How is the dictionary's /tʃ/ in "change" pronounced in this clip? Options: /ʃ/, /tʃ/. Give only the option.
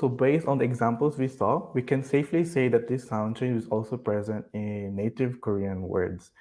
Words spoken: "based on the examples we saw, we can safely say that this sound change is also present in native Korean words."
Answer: /ʃ/